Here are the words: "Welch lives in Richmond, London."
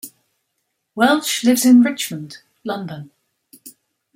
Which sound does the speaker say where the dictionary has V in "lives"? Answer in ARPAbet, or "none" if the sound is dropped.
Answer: V